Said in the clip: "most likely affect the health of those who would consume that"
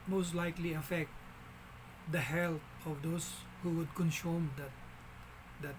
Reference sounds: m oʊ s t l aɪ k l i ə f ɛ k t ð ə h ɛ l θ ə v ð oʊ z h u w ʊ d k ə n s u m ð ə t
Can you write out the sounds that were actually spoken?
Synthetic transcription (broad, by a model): m oʊ s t l aɪ k l i ə f ɛ k t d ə h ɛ l t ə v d oʊ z h u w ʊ d k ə n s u m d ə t